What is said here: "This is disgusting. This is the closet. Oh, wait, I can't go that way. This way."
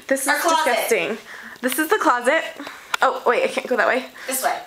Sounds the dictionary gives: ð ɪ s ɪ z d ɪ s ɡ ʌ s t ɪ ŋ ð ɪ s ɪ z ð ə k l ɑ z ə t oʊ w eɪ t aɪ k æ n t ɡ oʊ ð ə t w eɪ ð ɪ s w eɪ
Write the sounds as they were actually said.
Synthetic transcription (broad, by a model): ð ɪ s ɪ z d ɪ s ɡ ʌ s t ɪ ŋ ð ɪ s ɪ z ð ə k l ɑ z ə t oʊ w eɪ aɪ k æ n ɡ oʊ ð ə t w eɪ ɪ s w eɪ